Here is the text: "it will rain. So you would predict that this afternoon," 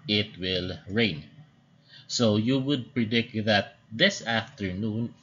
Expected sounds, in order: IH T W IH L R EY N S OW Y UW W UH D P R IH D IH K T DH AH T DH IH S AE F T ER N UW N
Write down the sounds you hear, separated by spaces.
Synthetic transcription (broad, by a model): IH T W IH L R EY N S OW Y UW W UH D P R IH D IH K T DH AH T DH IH S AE F T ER N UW N